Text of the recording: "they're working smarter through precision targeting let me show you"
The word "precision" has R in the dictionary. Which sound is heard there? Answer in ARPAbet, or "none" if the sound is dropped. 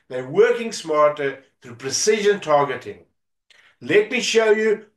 R